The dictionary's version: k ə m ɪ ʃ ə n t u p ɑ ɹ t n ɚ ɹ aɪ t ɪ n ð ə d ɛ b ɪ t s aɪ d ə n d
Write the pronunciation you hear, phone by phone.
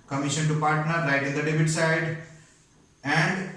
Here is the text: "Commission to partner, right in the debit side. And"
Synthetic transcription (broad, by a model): k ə m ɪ ʃ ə n t u p ɑ ɹ t n ɚ l aɪ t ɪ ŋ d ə d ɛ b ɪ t s aɪ d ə n d